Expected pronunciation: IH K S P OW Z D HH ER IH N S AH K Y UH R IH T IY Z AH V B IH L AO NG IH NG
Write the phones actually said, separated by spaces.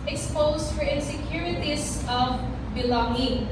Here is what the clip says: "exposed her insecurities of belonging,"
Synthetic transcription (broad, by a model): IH K S P OW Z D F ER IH N S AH K Y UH R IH T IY S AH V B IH L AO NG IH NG